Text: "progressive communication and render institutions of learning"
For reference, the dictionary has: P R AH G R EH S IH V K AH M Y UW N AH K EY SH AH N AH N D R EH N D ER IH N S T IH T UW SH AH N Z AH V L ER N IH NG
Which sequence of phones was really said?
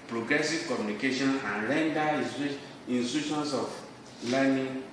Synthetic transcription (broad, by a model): P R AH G R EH S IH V K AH M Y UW N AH K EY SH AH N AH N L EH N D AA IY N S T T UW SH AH N S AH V L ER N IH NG